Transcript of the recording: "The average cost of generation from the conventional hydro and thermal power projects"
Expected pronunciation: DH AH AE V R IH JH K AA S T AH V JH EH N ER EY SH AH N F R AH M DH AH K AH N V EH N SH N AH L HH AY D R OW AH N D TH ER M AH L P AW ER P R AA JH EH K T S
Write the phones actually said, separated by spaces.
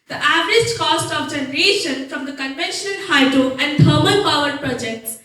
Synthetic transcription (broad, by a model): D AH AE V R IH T K AA S T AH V JH EH N ER EY SH AH N F R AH M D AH K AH N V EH N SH AH N HH AY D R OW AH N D T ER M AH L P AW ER P R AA JH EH K T S